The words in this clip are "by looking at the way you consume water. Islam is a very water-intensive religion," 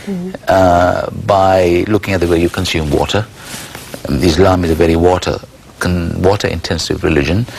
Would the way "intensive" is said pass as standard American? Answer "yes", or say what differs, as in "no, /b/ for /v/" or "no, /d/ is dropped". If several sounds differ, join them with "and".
yes